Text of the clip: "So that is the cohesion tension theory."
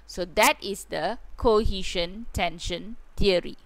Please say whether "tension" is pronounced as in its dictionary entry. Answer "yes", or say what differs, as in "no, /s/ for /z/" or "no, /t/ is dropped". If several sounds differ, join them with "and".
yes